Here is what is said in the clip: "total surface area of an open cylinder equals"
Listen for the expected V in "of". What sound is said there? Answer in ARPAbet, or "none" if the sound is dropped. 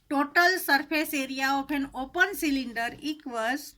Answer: P